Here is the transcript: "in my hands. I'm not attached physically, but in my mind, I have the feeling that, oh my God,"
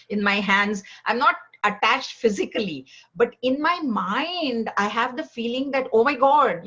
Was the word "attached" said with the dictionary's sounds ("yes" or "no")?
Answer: yes